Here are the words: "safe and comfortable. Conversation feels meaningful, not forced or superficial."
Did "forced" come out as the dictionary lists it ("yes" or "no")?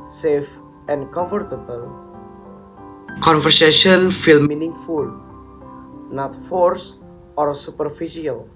no